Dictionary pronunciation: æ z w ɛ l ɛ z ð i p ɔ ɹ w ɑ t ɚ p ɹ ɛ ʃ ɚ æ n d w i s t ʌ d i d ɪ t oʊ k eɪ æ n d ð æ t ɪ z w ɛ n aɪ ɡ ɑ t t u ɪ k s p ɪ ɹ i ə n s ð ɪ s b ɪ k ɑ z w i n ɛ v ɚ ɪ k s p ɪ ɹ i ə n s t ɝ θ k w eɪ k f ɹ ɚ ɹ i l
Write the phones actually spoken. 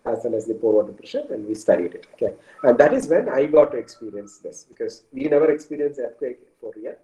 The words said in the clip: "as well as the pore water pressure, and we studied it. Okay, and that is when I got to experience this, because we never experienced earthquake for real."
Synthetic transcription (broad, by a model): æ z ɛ n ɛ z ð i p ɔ ɹ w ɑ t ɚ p ɹ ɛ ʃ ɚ æ n d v i s t ʌ d i d ɪ t oʊ k eɪ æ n d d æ t ɪ z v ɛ n aɪ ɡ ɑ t t u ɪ k s p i ɹ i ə n s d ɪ s b ɪ k ɑ z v i n ɛ v ɚ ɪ k s p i ɹ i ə n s ɝ t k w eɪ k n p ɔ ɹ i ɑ